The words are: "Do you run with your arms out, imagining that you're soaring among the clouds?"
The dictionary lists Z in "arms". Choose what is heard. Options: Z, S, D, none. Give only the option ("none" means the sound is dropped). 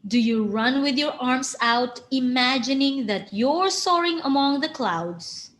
S